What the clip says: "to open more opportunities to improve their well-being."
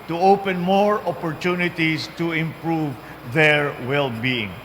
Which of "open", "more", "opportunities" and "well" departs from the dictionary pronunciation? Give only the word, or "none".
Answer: opportunities